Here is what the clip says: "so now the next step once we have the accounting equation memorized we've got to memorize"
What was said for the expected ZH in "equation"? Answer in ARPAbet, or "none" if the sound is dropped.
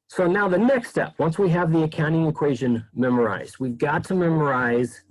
ZH